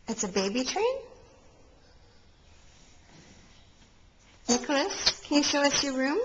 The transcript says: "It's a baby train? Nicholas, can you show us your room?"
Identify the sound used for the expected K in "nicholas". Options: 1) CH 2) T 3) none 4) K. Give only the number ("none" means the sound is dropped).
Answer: 4